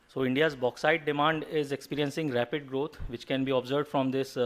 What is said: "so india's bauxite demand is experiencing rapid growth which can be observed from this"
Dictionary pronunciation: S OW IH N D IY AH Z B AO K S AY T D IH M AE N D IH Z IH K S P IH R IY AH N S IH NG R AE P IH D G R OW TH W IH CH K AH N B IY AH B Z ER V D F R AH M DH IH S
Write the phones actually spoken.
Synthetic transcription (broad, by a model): S OW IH N D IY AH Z B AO K S AY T D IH M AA N D IH Z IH K S P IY R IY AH N S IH NG R AE P IH D G R OW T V IH CH K AH N B IY AH B Z ER V D F R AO M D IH S